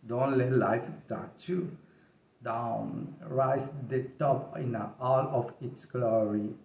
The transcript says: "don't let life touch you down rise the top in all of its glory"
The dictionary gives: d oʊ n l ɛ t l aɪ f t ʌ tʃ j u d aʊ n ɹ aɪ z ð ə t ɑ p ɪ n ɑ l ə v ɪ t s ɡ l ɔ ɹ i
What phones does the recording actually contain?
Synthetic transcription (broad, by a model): d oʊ n l ɛ t l aɪ f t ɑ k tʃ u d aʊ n ɹ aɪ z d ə t ɑ p ɪ n ɑ l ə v ɪ t s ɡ l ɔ ɹ i